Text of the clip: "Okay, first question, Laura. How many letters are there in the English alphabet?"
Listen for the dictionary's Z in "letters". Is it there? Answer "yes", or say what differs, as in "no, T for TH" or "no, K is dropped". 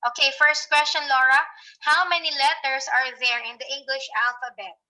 no, S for Z